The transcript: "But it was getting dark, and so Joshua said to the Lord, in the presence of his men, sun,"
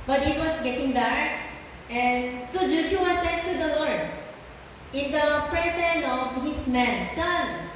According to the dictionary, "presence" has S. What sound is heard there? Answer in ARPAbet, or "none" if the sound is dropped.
none